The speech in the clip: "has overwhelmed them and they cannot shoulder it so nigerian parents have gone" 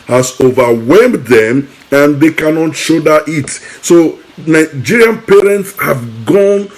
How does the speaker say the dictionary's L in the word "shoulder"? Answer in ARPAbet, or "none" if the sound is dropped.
none